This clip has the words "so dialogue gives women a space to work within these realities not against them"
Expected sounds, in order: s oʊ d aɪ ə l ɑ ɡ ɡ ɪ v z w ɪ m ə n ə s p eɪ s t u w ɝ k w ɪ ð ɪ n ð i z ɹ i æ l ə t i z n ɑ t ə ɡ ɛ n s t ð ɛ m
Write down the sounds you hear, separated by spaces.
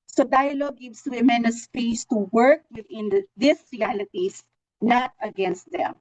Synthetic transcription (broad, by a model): s oʊ d aɪ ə l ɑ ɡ ɡ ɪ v s w ɪ m ə n ə s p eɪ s t u w ɝ k w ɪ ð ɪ n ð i s ɹ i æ l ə t i s n ɑ t ə ɡ ɛ n s t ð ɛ m